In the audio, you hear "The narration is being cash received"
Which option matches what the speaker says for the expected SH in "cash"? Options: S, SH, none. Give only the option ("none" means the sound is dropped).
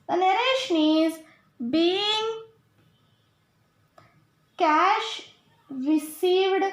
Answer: SH